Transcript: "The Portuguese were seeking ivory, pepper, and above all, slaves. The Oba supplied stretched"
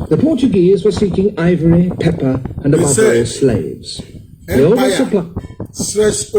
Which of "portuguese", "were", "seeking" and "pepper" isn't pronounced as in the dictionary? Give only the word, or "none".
none